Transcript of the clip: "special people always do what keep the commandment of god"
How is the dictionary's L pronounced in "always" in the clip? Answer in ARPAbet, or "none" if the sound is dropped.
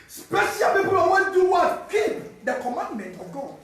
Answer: none